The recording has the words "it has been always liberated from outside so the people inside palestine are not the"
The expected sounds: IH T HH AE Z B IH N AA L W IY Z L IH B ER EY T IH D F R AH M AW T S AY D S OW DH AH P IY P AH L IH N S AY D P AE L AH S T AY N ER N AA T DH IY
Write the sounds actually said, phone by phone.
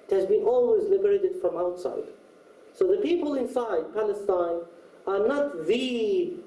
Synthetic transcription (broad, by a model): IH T HH AE Z B IH N AA L W IY Z L IH B ER EY T IH D F R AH M AW T S AY D S OW DH AH P IY P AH L IH N S AY D P AE L AH S T AY N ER N AA T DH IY